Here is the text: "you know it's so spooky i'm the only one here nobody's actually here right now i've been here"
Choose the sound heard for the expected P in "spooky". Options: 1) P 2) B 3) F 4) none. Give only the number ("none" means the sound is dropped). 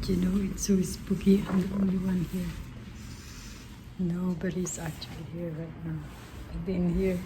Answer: 2